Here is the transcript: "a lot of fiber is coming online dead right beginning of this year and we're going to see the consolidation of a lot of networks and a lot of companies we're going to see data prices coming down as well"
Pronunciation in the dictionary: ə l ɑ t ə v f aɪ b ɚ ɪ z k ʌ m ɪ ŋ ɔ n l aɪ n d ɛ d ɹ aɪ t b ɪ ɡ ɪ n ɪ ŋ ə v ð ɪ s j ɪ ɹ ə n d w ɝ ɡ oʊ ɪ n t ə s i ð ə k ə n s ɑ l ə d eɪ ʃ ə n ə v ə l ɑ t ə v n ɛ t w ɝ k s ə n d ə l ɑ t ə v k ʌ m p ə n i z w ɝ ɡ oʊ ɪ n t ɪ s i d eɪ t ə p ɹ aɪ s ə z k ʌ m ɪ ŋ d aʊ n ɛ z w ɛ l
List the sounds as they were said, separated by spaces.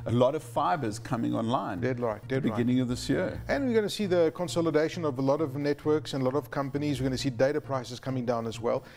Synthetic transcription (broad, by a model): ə l ɑ t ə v f aɪ b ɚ ɪ z k ʌ m ɪ ŋ ɔ n l aɪ n d ɛ d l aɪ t b ɪ ɡ ɪ n ɪ ŋ ə v ð ɪ s j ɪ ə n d w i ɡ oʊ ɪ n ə s i ð ə k ə n s ɑ l ə d eɪ ʃ ə n ə v ə l ɑ t ə v n ɛ t w ɝ k s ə n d ə l ɑ t ə v k ʌ m p ə n i z w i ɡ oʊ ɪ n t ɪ s i d eɪ t ə p ɹ aɪ s ə z k ʌ m ɪ ŋ d aʊ n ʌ z w ɛ l